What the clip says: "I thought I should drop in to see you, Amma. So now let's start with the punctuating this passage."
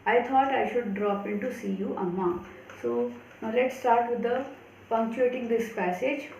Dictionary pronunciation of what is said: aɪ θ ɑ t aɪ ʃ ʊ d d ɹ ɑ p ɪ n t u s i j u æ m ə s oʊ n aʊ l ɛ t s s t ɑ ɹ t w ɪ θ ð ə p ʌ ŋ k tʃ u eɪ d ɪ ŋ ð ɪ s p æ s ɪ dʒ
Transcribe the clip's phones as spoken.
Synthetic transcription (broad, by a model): aɪ t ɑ t aɪ ʃ ʊ d d ɹ ɑ p ɪ n t u s i j u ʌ m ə s oʊ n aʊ l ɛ t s s t ɑ ɹ t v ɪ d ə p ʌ ŋ k tʃ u eɪ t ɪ ŋ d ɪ s p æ s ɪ dʒ